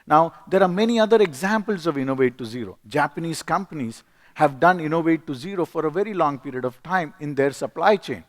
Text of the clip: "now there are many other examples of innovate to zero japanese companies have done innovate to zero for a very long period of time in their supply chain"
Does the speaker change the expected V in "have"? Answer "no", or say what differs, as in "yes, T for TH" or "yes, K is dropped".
no